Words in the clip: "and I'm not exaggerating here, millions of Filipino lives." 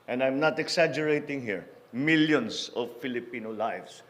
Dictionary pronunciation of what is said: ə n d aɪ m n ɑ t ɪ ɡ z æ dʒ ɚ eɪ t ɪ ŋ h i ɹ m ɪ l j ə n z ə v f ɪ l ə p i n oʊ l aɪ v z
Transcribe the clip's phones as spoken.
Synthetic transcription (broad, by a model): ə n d aɪ m n ɑ t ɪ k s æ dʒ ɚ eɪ t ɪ ŋ h i ɹ m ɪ l j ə n s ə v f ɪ l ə p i n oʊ l aɪ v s